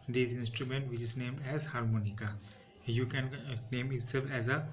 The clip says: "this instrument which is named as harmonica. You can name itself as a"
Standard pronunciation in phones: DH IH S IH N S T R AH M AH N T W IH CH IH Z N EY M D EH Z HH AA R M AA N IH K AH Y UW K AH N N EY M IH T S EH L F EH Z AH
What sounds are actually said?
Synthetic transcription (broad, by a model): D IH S IH N S T R AH M AH N T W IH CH IH Z N EY M D EH Z HH AA R M AA N IH K AH Y UW K AH N N EY M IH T S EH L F EH Z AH